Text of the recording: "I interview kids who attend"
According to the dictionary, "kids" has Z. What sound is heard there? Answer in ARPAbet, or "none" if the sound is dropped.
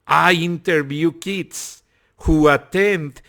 S